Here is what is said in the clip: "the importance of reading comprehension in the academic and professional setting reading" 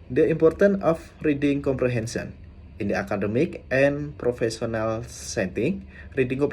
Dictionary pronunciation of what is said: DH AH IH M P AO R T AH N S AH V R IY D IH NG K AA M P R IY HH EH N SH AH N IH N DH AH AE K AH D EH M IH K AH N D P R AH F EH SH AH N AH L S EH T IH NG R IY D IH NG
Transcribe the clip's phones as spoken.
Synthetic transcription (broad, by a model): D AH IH M P AO R T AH N AH F R IY D IH NG K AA M P R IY HH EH N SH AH N IH N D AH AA K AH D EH M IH K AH N P R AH F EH S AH N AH L S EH T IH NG R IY D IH NG